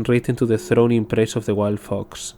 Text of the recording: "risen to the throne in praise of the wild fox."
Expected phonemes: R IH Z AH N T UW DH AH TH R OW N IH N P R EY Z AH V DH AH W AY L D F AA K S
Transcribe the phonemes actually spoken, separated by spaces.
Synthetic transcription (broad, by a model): R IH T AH N T UW DH AH TH R OW N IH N P R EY S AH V DH AH W AY L D F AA K S